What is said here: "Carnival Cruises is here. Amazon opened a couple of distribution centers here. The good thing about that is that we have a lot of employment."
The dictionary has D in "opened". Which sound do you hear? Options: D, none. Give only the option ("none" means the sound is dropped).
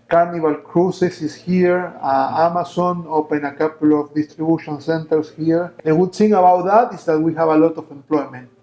none